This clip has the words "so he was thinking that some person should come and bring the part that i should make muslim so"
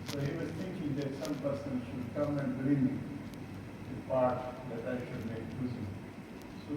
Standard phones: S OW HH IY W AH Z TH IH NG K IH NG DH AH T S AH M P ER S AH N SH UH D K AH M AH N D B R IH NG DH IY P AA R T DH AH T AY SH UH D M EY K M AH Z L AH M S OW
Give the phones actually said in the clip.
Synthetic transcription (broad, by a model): S OW HH IY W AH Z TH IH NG K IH NG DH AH T S AH M P ER S AH N SH UH D K AH M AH N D B R IH NG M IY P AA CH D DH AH T AY SH UH D M EY K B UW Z AH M S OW